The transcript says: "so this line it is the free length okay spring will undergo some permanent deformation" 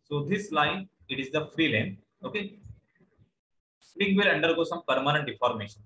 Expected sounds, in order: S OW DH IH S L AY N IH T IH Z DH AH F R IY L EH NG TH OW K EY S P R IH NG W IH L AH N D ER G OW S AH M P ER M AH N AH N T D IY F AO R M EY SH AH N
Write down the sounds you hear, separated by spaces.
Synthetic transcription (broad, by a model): S OW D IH S L AY N IH T IH Z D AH F R IY L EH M OW K EY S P IH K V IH L AH N D ER G OW S AH M P ER M AH N AH N T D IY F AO R M EY SH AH N